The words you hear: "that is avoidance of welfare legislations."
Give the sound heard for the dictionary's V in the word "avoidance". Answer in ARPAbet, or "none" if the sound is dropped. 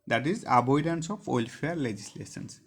B